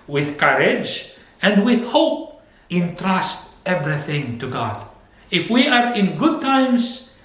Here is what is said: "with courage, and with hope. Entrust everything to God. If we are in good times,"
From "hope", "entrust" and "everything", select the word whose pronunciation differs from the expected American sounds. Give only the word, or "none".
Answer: none